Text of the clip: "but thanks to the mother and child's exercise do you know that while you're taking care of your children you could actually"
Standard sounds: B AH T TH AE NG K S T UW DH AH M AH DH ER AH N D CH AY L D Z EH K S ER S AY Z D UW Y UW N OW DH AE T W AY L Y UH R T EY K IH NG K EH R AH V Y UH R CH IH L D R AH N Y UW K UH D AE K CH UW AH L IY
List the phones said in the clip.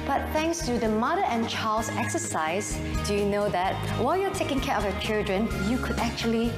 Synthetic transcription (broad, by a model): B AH T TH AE NG K S T UW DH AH M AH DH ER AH N CH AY L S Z EH K S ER S AY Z D UW Y UW N OW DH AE T W AY L Y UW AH T EY K IH NG K EH R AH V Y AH CH IH L D R AH N Y UW K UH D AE K CH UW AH L IY